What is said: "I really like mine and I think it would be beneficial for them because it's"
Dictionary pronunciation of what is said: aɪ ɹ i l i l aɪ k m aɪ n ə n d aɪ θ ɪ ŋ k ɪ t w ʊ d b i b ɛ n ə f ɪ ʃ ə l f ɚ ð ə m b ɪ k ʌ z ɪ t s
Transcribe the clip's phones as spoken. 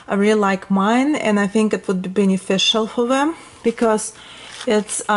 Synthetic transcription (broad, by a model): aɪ ɹ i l l aɪ k m aɪ n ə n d aɪ θ ɪ ŋ k ɪ t w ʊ d b i b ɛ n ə f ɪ ʃ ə l f ɚ ð ə m b ɪ k ʌ z ɪ t s